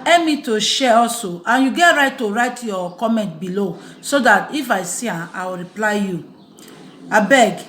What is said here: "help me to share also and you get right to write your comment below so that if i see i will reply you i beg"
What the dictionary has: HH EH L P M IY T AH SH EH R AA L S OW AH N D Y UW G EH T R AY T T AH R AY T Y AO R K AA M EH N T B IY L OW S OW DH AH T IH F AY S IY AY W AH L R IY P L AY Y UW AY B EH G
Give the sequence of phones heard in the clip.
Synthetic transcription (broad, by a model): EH M IY T AH SH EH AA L S OW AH N Y UW G EH T R AY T T AH R AY T Y AO K AA M EH N T B IY L OW S OW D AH T IH F AY S IY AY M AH W R IY P L AY Y UW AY B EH G